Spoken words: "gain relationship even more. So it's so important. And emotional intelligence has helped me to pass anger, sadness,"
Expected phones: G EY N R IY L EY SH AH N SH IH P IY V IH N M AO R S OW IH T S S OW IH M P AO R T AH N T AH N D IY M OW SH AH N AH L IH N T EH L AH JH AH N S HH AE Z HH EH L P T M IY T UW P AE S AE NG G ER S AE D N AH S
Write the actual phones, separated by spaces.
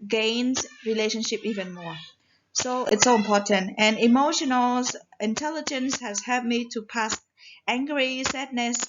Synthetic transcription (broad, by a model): G EY N R IY L EY SH AH N SH IH P IY V IH N M AO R S OW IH T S S OW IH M P AO T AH N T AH N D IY M OW SH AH N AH L IH N T EH L AH JH AH N S HH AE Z HH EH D M IY T UW P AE S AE NG G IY S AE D N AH S